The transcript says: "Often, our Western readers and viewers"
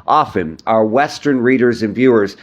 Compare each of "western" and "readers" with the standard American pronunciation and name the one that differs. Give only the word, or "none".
none